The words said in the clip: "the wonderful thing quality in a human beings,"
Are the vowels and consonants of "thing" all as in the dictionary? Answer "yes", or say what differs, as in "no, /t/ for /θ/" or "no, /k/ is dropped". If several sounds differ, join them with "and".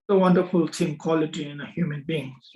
no, /t/ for /θ/